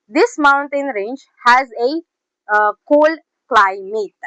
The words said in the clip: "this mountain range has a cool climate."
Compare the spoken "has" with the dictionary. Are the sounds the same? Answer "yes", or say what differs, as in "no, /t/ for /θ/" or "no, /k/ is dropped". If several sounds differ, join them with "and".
yes